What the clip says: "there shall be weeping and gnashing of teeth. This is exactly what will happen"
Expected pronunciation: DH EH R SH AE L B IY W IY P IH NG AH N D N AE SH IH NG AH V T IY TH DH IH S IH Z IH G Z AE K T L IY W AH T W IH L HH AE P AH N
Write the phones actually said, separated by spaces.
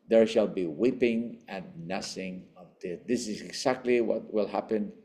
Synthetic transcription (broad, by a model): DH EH R SH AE L B IY W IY P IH NG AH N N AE S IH NG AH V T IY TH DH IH S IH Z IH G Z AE K T L IY W AH T W IH L HH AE P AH N